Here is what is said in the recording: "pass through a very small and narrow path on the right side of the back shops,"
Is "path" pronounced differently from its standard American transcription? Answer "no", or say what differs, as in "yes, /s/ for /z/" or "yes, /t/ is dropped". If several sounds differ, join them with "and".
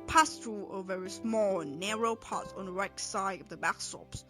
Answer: yes, /t/ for /θ/